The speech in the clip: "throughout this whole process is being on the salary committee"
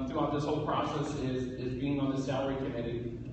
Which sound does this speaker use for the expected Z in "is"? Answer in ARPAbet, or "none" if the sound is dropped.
Z